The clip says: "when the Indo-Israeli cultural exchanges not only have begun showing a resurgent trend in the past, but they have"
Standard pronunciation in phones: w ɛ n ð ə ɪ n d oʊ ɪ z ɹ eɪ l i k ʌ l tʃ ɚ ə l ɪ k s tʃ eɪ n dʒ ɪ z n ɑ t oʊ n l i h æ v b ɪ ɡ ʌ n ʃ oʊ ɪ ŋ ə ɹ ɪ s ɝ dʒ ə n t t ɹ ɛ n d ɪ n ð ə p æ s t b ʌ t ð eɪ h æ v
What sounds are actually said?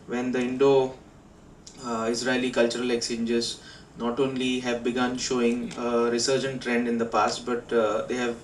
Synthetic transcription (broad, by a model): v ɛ n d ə ɪ n d oʊ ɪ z ɹ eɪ l i k ʌ l tʃ ɚ ə l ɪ k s eɪ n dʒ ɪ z n ɑ t oʊ n l i h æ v b ɪ ɡ ʌ n ʃ oʊ ɪ ŋ ə ɹ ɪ s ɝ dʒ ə n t t ɹ ɛ n d ɪ n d ə p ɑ s t b ʌ t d eɪ h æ v